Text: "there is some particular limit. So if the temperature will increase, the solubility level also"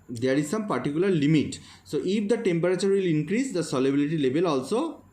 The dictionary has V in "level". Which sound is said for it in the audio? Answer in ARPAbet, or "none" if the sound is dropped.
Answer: B